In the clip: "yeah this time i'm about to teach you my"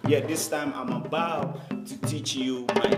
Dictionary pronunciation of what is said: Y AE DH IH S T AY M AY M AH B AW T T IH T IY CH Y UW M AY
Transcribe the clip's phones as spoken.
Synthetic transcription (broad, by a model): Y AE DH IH S T AY M AY M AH B AW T T IH T IY CH Y UW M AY